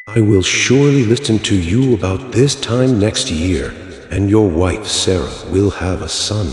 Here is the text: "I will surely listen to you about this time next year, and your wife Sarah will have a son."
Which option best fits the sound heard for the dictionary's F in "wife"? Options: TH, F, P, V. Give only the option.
F